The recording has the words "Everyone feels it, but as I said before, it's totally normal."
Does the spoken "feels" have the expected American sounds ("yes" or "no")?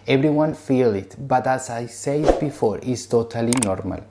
no